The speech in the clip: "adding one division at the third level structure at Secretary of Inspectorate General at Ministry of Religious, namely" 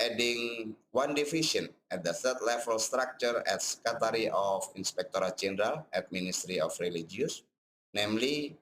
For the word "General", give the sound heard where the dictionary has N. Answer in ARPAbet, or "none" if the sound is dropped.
N